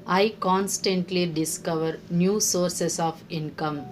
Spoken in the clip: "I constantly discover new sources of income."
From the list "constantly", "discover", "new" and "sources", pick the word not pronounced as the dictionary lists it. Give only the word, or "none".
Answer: sources